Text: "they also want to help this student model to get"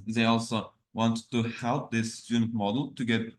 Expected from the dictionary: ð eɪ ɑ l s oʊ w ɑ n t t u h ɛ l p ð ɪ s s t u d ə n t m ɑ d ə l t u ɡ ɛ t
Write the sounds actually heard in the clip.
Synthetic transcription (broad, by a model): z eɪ ɑ l s oʊ w ɑ n t t u h ɛ l p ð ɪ s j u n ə t m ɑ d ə l t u ɡ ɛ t